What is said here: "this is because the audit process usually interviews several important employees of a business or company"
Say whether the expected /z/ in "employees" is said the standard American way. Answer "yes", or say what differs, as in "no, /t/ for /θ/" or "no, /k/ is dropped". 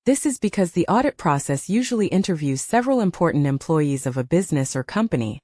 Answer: yes